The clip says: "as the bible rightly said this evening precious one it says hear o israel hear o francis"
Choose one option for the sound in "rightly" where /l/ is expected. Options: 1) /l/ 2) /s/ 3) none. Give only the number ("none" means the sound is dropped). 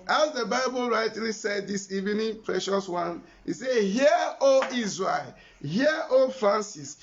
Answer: 3